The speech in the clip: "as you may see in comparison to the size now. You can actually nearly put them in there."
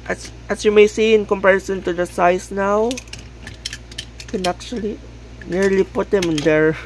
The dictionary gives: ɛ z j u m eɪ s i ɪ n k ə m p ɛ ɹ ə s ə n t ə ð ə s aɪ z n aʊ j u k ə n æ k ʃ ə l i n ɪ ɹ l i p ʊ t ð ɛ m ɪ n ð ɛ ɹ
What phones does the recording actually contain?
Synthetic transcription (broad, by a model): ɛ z j u m eɪ s i ɪ n k ə m p ɛ ɹ ə s ə n t ə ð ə s aɪ s n aʊ k ə n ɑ k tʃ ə l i n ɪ ɹ l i p ʊ t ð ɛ m ɪ n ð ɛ ɹ